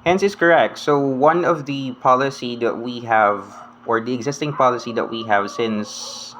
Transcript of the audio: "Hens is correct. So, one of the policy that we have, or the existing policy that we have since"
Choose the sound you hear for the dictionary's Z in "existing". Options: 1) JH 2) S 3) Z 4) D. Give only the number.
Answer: 3